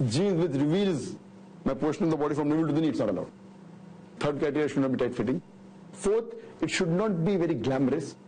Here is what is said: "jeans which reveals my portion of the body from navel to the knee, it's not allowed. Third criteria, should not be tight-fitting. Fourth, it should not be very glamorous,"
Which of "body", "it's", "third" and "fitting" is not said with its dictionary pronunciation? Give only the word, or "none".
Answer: third